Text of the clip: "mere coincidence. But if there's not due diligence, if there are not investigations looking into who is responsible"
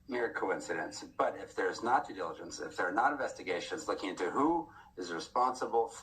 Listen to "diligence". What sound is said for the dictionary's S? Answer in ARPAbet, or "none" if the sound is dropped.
S